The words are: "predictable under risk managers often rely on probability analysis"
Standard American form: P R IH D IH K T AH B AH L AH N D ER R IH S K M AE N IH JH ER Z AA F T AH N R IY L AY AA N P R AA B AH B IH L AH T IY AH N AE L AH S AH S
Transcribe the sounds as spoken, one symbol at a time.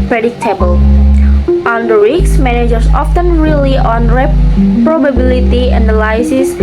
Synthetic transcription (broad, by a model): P R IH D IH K T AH B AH L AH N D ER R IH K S M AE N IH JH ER S AA F T AH N R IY L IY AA N P R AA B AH B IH L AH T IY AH N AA L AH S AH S